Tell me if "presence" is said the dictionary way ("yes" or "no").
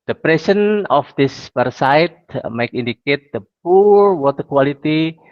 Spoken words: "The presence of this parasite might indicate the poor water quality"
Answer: no